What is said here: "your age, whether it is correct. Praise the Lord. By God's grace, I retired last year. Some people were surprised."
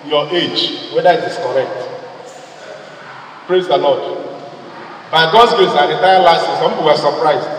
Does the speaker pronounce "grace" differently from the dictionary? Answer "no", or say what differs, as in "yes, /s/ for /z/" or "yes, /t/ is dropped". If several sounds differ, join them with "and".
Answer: yes, /ɹ/ is dropped